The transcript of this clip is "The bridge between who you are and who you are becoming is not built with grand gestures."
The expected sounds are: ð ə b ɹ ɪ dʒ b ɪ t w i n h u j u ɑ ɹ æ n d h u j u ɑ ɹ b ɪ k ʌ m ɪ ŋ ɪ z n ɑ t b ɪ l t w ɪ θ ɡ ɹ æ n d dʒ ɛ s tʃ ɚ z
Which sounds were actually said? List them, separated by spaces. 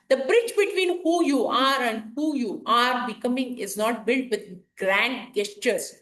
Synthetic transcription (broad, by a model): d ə b ɹ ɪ tʃ b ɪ t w i n h u j u ɑ ɹ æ n d h u j u ɑ ɹ b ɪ k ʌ m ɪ ŋ ɪ z n ɑ t b ɪ l t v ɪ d ɡ ɹ æ n d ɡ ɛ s tʃ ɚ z